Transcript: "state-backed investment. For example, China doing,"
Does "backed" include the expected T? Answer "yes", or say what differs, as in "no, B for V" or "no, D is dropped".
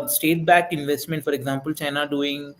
no, T is dropped